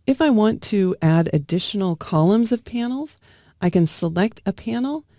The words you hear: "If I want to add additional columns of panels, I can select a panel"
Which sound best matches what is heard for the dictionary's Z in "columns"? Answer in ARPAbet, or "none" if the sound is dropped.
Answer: Z